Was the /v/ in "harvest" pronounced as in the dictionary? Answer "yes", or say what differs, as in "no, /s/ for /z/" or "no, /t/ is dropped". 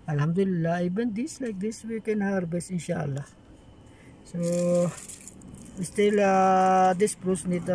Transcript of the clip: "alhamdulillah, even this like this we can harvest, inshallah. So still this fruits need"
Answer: no, /b/ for /v/